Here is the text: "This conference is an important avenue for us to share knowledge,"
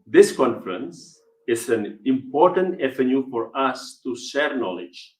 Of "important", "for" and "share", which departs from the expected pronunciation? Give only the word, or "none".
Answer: none